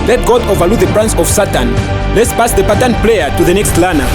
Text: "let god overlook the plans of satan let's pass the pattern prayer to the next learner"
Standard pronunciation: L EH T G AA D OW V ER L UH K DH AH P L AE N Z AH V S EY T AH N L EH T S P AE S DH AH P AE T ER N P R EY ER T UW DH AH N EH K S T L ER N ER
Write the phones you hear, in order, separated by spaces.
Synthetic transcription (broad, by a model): L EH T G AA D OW V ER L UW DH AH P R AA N S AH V S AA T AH N L EH T S P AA S DH AH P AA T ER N P L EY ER T UW DH AH N EH K S T L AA N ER